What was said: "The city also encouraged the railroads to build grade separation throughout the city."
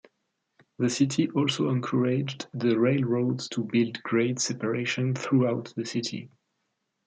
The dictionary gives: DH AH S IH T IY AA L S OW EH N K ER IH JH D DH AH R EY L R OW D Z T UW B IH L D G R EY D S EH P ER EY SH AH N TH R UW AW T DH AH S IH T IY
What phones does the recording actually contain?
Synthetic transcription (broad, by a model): DH AH S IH T IY AA L S OW EH N K ER IH JH D DH AH R EY L R OW D Z T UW B IH L D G R EY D S EH P ER EY SH AH N TH R UW AW T DH AH S IH T IY